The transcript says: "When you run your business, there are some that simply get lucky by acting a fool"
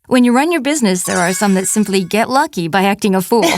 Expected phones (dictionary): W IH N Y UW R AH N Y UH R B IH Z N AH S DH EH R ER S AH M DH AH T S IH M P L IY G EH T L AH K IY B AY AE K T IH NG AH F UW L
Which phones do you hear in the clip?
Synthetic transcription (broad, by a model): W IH N Y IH R AH N Y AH R B IH Z N AH S DH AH R ER S AH M DH AH T S IH M P L IY G EH T L AH K IY B AY AE K T IH NG AH F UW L